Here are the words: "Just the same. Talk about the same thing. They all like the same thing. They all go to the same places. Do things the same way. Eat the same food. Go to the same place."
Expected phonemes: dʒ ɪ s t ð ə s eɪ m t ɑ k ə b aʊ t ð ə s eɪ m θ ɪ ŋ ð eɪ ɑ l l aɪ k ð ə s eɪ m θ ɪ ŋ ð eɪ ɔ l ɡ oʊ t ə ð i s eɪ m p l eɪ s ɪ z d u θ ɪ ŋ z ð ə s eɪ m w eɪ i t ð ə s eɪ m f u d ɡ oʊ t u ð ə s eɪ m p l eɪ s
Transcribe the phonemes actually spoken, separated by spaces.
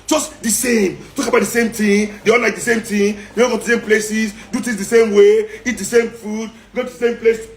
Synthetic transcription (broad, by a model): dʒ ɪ s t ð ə s eɪ m t ɑ k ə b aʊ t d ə s eɪ m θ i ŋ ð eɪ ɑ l l aɪ k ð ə s eɪ m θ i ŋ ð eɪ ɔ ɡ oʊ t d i s eɪ m p l eɪ s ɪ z d u t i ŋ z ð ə s eɪ m w eɪ i t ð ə s eɪ m f u d ɡ oʊ t u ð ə s eɪ m p l eɪ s